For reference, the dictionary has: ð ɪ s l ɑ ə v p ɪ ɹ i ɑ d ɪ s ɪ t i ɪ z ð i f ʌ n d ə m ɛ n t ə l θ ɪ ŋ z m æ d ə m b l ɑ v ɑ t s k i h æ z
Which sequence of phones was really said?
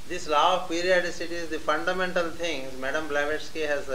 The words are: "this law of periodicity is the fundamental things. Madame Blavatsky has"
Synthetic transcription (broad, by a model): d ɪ s l ɑ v p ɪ ɹ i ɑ d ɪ s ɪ t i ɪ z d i f ʌ n d ə m ɛ n t ə l t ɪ ŋ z m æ d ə m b l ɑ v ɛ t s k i h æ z